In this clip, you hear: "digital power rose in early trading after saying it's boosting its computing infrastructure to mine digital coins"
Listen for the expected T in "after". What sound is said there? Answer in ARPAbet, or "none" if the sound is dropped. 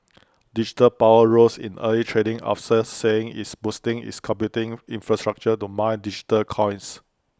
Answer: S